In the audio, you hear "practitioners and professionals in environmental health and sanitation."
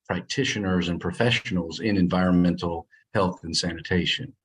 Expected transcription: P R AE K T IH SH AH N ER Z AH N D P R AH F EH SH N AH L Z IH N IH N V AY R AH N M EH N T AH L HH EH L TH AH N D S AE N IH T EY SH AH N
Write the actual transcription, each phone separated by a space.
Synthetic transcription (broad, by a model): P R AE K T IH SH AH N ER Z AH N P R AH F EH SH N L Z IH N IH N V AY R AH N M EH N T L HH EH L TH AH N S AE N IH T EY SH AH N